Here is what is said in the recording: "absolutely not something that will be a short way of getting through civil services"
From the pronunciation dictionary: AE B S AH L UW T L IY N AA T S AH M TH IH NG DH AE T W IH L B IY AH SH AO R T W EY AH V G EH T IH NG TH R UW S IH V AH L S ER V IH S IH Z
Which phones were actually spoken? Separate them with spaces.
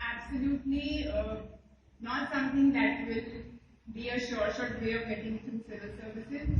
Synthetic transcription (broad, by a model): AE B S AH L UW T L IY N AA T S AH M T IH NG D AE T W IH L B IY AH SH AO R T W EY AH V G EH T IH NG T R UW S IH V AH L S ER V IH S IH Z